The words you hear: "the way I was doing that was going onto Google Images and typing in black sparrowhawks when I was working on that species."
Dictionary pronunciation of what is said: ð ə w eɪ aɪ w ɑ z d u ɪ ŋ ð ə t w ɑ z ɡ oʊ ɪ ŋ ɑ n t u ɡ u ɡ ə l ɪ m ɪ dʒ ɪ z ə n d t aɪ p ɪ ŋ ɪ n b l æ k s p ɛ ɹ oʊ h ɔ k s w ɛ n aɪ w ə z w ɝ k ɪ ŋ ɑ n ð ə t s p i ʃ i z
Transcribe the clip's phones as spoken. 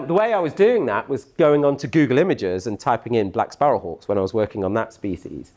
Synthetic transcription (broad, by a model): ð ə w eɪ aɪ w ɑ z d u ɪ ŋ ð ə t w ɑ z ɡ oʊ ɪ ŋ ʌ n t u ɡ u ɡ ə l ɪ m ɪ dʒ ɪ z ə n t aɪ p ɪ ŋ ɪ n b l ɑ k s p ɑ ɹ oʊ h ɔ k s w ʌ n aɪ w ə z w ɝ k ɪ ŋ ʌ n ð ə t s p i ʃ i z